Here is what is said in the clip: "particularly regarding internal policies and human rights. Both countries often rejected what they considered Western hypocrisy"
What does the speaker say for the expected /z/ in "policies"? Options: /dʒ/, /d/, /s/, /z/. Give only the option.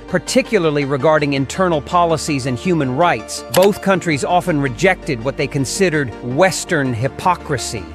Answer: /z/